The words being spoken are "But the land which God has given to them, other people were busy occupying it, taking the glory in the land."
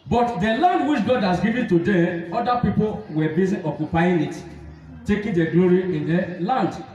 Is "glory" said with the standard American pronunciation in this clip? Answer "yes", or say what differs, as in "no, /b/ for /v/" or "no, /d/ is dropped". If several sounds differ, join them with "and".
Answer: yes